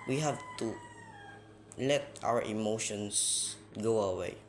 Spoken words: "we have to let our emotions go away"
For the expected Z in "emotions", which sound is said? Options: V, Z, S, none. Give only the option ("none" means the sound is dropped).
S